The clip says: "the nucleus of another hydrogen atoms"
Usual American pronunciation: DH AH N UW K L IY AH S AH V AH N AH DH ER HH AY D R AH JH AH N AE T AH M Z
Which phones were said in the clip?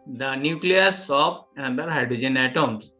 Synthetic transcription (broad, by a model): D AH N UW K L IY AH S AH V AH N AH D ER HH AY D R AH JH AH N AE T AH M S